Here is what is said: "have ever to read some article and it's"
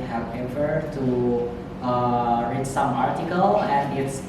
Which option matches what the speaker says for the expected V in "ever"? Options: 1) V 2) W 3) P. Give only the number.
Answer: 3